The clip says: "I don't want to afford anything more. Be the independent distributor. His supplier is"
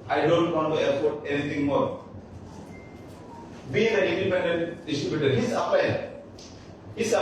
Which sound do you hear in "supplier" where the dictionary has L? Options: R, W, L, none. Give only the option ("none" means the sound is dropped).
none